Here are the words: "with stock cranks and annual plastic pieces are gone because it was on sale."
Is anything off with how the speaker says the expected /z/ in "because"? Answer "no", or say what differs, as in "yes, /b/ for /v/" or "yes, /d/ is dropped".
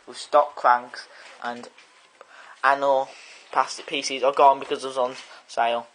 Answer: no